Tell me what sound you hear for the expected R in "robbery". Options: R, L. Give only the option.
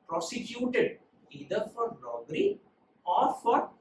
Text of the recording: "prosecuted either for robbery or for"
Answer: L